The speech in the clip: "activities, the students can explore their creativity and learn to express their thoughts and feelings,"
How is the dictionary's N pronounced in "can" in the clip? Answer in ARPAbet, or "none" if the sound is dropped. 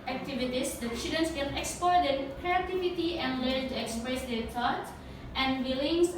L